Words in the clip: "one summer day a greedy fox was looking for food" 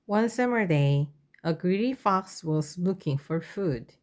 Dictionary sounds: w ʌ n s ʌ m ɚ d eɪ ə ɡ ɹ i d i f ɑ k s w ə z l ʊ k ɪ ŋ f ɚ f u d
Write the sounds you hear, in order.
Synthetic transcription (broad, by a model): w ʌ n s ʌ m ɚ d eɪ ə ɡ ɹ i d i f ɑ k s w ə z l ʊ k ɪ ŋ f ɚ f u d